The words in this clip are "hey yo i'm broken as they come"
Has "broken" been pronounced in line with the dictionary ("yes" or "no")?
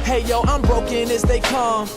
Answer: yes